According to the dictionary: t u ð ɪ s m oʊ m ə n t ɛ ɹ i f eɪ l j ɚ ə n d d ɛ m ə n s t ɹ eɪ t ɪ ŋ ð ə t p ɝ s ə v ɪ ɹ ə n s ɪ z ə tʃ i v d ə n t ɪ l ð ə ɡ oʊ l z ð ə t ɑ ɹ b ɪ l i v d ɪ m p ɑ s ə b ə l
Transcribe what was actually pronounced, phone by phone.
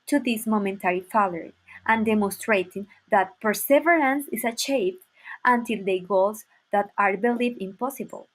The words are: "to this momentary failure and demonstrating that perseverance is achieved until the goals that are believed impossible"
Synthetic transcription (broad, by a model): t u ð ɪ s m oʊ m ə n t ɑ ɹ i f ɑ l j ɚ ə n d d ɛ m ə n s t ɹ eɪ t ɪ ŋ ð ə t p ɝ s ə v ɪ ɹ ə n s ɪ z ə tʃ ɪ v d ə n t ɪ l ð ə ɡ oʊ l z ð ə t ɑ ɹ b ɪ l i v ɪ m p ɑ s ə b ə l